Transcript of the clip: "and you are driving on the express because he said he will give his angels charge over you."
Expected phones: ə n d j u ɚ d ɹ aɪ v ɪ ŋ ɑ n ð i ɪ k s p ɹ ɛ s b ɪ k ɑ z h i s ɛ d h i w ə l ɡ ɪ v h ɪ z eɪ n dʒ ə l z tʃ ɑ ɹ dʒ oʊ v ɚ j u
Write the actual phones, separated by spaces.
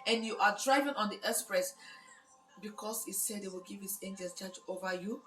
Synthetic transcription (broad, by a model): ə n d j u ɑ d ɹ aɪ v ɪ ŋ ɑ n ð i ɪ s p ɹ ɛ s b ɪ k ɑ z h i s ɛ d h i w ə l ɡ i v h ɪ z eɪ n dʒ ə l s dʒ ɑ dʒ oʊ v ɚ j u